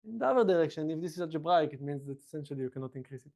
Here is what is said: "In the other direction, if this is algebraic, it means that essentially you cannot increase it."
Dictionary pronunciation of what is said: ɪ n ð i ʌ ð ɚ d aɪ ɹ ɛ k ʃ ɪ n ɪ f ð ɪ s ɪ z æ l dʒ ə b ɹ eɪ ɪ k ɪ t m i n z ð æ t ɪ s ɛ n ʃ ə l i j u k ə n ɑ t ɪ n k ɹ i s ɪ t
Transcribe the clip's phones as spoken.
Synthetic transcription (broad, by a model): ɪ n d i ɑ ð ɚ d aɪ ɹ ɛ k ʃ ɪ n ɪ f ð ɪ s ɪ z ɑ dʒ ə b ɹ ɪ k ɪ t m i n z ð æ t ɪ s ɛ n ʃ ə l i j u k ə n ɑ t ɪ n k ɹ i s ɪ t